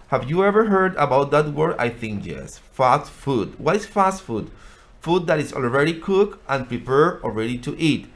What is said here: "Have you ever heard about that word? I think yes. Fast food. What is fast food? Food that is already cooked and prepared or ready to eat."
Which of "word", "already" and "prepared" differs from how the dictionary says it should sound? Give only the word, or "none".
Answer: prepared